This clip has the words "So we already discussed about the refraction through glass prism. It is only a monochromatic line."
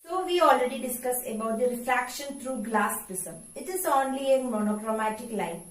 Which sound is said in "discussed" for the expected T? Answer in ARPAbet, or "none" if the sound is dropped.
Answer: none